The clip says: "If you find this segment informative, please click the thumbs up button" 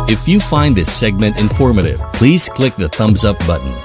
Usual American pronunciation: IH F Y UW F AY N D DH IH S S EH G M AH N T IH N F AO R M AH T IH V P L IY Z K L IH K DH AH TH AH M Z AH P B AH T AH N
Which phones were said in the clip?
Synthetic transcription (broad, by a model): IH F Y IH F AY N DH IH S S EH G M AH N T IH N F AO R M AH T IH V P L IY Z K L IH K DH AH TH AH M Z AH P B AH T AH N